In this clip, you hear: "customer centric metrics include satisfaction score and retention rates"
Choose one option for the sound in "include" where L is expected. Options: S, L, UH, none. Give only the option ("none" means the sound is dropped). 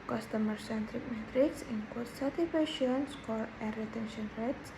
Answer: none